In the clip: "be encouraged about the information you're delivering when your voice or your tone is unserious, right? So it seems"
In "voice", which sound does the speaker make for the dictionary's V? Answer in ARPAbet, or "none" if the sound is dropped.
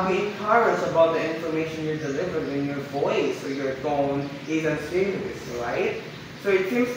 V